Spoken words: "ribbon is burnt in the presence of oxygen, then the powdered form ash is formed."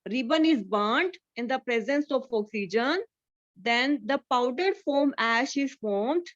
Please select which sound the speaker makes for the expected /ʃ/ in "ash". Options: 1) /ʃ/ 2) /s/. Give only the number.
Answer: 1